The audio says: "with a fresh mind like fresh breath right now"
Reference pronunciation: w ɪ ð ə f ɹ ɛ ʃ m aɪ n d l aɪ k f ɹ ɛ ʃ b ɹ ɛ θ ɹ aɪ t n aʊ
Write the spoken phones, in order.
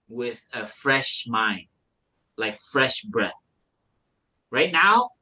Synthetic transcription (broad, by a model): w ɪ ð ə f ɹ ɛ ʃ m aɪ n d l aɪ k f ɹ ɛ ʃ b ɹ ɛ θ ɹ aɪ t n aʊ